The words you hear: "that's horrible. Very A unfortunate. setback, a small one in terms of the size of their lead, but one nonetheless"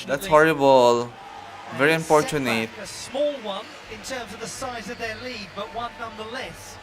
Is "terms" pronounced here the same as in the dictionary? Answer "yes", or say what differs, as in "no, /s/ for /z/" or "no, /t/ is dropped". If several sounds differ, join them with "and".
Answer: yes